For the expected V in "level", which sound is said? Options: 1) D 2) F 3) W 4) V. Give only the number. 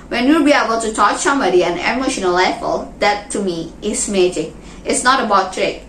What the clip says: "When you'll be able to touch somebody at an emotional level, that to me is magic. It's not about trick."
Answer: 2